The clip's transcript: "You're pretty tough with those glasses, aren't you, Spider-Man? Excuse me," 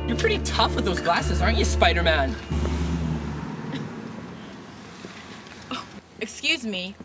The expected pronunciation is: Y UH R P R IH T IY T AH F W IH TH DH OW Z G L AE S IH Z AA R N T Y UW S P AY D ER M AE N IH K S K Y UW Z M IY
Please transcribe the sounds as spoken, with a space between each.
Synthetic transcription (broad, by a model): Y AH R P R IH T IY T AH F W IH DH OW Z G L AE S IH Z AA R N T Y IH S P AY D ER M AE N IH K S K Y UW Z M IY